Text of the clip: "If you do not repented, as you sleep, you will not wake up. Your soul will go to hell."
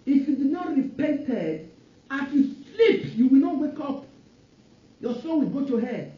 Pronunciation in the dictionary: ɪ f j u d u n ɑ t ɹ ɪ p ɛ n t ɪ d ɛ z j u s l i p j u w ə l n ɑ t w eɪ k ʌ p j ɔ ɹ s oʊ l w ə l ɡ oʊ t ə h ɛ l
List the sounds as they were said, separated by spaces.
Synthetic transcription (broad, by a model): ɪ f j u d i n ɑ t ɹ ɪ p ɛ n t ɪ d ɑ s j u s l i p j u w ə l n ɑ t w eɪ k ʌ p j ɔ s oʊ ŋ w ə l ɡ oʊ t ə h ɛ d